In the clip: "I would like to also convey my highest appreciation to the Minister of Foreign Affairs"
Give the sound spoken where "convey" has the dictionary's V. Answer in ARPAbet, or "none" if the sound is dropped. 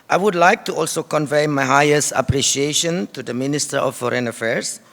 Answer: V